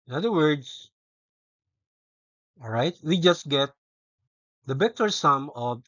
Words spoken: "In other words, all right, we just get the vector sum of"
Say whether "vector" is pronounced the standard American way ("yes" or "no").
no